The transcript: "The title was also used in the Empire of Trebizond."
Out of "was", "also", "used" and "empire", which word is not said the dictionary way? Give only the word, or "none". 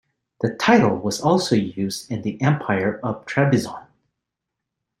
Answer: none